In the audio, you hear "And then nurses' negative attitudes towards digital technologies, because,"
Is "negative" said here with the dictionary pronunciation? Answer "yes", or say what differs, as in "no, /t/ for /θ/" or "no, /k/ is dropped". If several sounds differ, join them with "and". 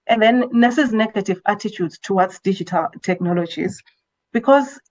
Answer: yes